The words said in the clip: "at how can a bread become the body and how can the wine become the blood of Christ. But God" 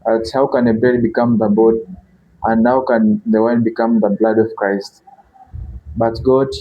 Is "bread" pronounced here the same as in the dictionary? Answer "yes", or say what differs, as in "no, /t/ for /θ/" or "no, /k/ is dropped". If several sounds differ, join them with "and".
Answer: no, /ɹ/ is dropped